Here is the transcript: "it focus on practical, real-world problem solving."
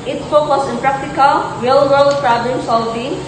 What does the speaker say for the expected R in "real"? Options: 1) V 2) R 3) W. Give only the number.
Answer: 3